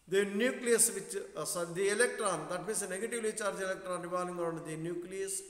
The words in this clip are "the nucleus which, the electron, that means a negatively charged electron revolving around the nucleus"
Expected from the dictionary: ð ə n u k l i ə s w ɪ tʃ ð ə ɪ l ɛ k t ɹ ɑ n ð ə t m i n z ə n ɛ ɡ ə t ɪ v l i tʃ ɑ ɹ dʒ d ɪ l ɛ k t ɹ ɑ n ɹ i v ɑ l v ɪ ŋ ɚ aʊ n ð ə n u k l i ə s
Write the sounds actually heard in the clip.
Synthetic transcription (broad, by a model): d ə n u k l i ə s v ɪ tʃ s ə ɪ l ɛ k t ɹ ɑ n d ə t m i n s ə n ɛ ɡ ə t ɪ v l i tʃ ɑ ɹ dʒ ɪ l ɛ k t ɹ ɑ n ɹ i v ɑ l ɪ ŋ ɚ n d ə n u k l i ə s